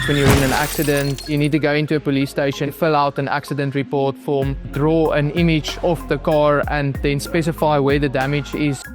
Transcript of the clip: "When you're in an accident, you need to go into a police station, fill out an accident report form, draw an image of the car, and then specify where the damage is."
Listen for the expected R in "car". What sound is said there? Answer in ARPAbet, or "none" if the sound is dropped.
R